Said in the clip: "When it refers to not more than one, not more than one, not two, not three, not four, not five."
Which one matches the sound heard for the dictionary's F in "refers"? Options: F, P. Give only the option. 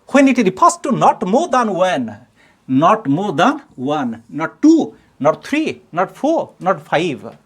P